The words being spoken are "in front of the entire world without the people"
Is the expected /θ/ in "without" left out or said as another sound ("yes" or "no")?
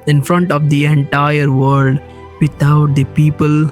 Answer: yes